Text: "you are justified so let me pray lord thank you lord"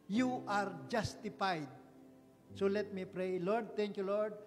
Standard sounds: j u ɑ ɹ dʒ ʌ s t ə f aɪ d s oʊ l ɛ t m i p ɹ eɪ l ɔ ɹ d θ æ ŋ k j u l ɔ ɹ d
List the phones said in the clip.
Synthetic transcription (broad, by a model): j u ɑ ɹ dʒ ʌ s t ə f aɪ d s oʊ l ɛ t m i p ɹ eɪ l ɔ ɹ d t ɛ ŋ k j u l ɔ ɹ d